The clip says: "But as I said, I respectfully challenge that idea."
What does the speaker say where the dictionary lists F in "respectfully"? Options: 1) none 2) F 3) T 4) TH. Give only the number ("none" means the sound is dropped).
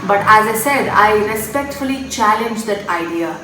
2